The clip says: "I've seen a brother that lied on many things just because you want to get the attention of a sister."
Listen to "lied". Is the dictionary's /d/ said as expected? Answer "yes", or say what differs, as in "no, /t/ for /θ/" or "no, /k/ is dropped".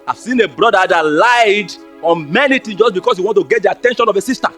yes